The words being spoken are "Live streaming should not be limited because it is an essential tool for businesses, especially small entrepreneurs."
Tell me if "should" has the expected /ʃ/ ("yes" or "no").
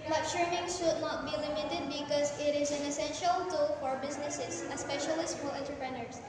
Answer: yes